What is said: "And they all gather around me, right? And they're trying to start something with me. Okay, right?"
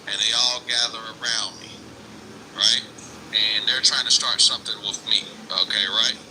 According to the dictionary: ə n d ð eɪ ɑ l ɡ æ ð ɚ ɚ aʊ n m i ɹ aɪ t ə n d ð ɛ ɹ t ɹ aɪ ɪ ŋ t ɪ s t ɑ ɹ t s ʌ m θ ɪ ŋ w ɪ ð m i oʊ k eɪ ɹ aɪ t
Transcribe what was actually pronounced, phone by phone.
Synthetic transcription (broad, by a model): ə n ð eɪ ɑ l ɡ æ ð ɚ ɚ aʊ n m i ɹ aɪ t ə n ð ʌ ɹ t ɹ aɪ ɪ ŋ t ɪ s t ɑ ɹ t s ʌ m θ ɪ ŋ w ɪ ð m i oʊ k eɪ ɹ aɪ t